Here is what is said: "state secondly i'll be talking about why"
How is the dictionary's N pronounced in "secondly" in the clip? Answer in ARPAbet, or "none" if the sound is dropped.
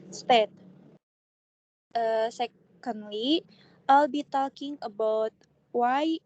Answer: N